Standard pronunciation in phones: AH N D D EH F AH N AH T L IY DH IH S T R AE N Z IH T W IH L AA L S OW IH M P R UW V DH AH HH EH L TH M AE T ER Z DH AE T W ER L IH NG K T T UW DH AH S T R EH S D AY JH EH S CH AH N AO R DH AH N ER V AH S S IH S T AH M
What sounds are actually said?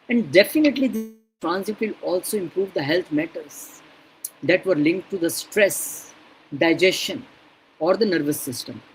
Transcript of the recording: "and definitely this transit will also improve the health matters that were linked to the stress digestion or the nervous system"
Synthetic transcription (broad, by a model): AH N D D EH F AH N AH T L IY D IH T R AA N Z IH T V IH L AA L S OW IH M P R UW V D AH HH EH L T M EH T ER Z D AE T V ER L IH NG K T T UW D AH S T R EH S D AY JH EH S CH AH N AO R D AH N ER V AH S S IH S T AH M